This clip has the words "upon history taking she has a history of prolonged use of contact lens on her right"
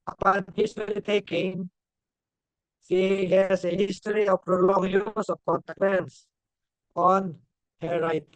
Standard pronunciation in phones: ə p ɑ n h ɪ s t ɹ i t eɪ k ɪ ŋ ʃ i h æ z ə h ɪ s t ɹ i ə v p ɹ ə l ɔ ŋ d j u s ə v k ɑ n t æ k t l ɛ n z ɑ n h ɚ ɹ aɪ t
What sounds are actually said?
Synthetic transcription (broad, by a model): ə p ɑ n h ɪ s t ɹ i t eɪ k ɪ ŋ s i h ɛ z ə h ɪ s t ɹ i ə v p ɹ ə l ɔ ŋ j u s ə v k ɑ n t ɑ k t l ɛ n s ɑ n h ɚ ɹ aɪ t